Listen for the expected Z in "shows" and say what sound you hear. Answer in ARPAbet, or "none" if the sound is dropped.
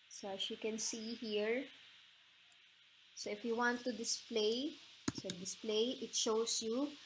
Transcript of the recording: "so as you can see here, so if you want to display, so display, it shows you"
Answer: S